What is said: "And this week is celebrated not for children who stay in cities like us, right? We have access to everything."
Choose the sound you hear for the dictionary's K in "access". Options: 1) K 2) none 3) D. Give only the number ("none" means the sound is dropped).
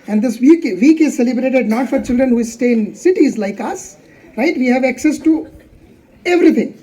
1